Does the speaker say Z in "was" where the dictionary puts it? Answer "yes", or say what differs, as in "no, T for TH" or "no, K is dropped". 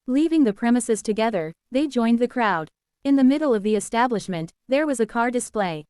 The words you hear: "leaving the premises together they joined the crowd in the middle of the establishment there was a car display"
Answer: yes